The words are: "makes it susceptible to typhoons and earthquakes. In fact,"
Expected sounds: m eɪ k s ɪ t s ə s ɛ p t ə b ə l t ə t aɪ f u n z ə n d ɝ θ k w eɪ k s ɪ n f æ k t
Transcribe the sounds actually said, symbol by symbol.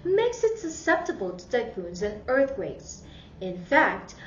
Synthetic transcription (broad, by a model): m eɪ k s ɪ t s ə s ɛ p t ə b ə l t ə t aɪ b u n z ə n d ɝ θ k w eɪ k s ɪ n f æ k t